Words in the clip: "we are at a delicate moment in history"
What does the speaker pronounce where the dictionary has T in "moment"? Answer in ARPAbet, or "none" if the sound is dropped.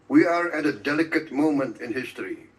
T